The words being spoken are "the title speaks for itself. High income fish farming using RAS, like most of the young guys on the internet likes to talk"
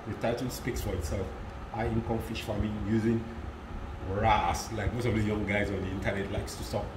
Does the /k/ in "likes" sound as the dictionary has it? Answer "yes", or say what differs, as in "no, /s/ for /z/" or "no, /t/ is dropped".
yes